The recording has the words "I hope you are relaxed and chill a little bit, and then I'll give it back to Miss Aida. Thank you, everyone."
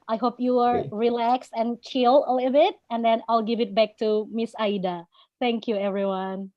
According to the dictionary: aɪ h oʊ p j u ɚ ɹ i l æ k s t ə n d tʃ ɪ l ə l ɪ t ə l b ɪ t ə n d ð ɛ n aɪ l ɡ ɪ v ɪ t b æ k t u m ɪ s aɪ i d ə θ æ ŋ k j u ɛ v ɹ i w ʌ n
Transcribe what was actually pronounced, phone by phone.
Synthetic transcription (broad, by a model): aɪ h oʊ p j u ɚ ɹ i l æ k s t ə n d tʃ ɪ l ə l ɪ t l b ɪ t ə n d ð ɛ n aɪ l ɡ ɪ v ɪ t b æ k t u m ɪ s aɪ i d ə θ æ ŋ k j u ɛ v ɹ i w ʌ n